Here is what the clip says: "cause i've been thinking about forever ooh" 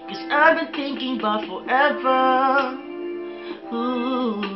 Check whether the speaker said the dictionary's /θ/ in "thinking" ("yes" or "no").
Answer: yes